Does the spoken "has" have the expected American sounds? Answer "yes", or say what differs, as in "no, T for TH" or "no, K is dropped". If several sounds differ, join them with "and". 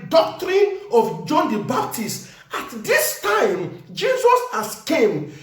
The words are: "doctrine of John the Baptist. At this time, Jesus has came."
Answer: no, S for Z